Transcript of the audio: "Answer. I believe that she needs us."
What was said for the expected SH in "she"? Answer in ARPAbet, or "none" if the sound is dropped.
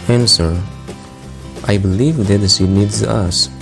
S